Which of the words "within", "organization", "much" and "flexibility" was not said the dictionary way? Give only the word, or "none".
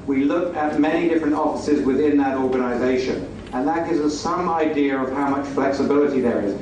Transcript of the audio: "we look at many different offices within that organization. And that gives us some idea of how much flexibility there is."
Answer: none